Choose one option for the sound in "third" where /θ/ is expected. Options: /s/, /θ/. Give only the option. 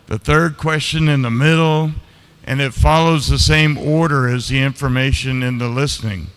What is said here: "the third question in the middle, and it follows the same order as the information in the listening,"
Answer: /θ/